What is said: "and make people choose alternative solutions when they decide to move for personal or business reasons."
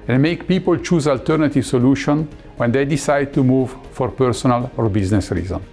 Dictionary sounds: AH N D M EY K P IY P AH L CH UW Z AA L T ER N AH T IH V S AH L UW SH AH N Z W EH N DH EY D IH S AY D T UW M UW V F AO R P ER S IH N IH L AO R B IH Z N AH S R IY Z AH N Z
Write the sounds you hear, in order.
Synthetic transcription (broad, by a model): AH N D M EY K P IY P AH L CH UW Z AA L T ER N AH T IH V S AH L UW SH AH N W EH N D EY D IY S AY D T UW M UW V F AO R P ER S IH N IH L AO R B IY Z N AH S R IY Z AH N